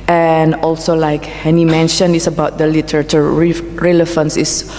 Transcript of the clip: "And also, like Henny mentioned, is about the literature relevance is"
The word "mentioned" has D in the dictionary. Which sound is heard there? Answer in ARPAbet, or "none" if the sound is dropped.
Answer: none